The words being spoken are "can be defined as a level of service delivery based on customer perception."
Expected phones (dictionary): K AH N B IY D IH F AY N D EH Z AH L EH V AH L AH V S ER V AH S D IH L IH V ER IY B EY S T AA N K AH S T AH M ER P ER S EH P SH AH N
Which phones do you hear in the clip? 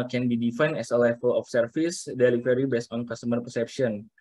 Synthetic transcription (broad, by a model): K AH N B IY D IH F AY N EH S AH L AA F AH L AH F S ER F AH S D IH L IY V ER IY B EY S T AA N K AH S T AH M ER P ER S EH P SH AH N